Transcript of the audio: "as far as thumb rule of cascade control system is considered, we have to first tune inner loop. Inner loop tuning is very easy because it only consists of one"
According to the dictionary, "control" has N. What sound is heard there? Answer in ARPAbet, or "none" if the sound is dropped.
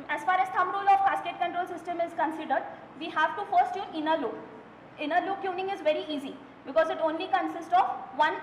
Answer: N